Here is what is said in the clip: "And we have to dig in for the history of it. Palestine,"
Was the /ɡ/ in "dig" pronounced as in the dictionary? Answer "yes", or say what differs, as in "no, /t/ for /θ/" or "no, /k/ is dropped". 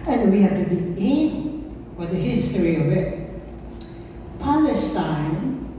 no, /ɡ/ is dropped